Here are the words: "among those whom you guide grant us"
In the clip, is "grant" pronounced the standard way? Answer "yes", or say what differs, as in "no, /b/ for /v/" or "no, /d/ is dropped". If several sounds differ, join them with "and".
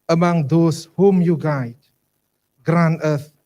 no, /t/ is dropped